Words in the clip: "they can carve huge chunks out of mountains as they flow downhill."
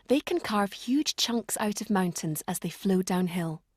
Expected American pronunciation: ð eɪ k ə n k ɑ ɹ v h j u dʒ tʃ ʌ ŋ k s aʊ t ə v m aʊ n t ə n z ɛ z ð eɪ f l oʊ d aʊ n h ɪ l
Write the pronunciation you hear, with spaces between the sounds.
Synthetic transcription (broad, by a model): ð eɪ k ə n k ɑ ɹ v h j u dʒ tʃ ʌ ŋ k s aʊ t ə v m aʊ n t ə n z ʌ z ð eɪ f l oʊ d aʊ n h ɪ l